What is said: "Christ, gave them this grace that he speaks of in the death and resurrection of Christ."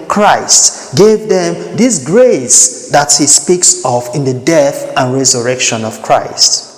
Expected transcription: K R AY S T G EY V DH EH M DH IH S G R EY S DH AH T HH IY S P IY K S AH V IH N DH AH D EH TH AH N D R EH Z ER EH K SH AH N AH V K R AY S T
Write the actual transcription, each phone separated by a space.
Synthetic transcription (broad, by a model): K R AY S T G EY V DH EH M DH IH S G R EY S DH AH T HH IY S P IY K S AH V IH N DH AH D EH TH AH N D R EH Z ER EH K SH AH N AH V K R AY S T